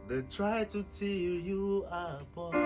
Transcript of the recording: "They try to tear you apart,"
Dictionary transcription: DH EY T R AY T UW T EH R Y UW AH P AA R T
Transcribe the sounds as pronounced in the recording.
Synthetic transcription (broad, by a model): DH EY T R AY T UW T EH L Y UW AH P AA